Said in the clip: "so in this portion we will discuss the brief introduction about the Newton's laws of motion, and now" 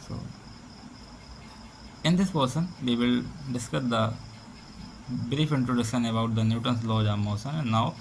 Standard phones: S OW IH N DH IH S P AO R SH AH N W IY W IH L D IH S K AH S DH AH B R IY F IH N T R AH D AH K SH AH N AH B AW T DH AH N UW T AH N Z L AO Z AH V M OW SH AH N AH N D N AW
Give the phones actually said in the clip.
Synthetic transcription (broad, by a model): S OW IH N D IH S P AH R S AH N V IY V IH L D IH S K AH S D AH B R IY F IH N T R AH D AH SH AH N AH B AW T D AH N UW T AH N S L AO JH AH M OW S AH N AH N N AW